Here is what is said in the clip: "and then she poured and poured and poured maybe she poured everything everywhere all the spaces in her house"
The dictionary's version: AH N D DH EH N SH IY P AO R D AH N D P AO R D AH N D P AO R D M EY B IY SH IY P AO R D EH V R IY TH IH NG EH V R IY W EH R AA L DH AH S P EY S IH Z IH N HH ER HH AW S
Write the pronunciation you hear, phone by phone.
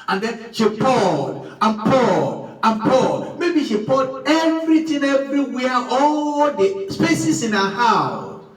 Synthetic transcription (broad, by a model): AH N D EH N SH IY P AO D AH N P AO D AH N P AO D M EY B IY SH IY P AO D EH V R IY T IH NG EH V R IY W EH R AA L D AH S P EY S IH S IH N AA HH AW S